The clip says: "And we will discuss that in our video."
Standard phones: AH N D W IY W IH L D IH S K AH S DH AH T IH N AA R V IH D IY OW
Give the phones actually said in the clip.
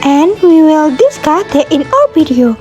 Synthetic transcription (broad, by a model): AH N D W IY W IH L D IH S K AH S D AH T IH N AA L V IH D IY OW